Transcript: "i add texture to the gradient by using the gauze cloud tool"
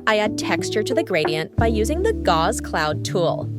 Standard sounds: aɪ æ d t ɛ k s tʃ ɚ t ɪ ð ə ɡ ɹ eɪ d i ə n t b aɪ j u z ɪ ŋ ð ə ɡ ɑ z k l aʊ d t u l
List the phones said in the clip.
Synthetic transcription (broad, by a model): aɪ æ d t ɛ k s tʃ ɚ t ɪ ð ə ɡ ɹ eɪ d i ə n b aɪ j u z ɪ ŋ ð ə ɡ ɑ z k l aʊ d t u l